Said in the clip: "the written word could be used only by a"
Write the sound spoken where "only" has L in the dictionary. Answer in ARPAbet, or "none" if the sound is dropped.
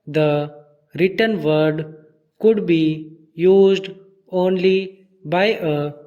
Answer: L